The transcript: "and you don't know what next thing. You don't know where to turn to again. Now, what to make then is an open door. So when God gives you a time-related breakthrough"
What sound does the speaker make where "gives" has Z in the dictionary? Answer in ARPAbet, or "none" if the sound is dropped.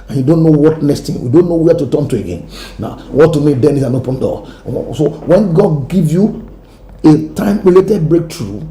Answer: none